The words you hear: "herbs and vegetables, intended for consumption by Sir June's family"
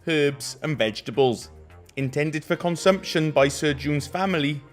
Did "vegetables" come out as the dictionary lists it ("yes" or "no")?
yes